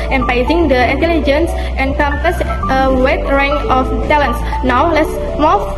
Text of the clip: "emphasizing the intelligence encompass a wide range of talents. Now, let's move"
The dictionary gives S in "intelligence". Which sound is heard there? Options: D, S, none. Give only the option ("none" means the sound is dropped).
S